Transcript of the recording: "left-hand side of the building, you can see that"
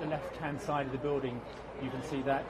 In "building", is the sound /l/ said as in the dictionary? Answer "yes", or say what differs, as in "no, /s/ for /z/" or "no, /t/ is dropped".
yes